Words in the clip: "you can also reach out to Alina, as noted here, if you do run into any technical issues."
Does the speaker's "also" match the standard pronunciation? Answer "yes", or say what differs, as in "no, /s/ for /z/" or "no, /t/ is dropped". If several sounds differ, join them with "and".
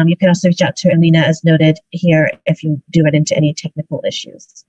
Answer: no, /l/ is dropped